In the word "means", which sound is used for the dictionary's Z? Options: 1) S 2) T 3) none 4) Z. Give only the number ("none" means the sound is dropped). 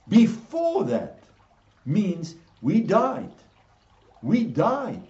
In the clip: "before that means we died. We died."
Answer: 4